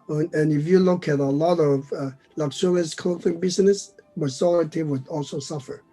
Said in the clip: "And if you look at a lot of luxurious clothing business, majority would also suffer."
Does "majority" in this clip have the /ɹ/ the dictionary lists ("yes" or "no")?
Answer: no